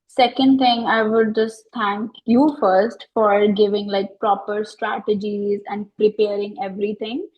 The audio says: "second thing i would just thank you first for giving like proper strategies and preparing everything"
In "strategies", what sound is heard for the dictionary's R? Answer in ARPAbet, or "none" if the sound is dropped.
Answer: R